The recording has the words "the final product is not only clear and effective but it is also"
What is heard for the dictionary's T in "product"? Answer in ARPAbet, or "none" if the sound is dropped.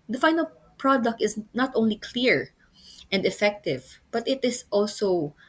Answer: T